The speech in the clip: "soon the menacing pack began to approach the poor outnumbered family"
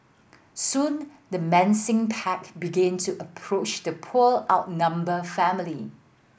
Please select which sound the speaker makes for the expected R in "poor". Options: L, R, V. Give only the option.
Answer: L